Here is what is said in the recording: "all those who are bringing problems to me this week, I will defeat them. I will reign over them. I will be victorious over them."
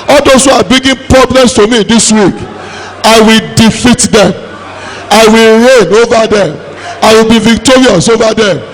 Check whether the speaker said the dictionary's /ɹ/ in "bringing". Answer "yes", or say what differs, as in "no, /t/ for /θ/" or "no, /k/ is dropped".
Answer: no, /ɹ/ is dropped